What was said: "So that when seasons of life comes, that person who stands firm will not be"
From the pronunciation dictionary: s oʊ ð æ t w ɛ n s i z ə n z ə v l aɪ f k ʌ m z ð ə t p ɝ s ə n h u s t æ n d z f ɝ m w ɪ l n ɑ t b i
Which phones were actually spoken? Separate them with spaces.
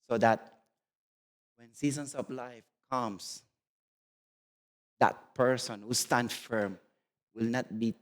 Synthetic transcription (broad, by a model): s oʊ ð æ t w ɛ n s i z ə n s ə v l aɪ f k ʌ m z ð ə t p ɝ s ə n h u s t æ n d f ɝ m w ɪ l n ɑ t b i